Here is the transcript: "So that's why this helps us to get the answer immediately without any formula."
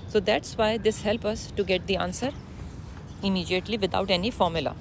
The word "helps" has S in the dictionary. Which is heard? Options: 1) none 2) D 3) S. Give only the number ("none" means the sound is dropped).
1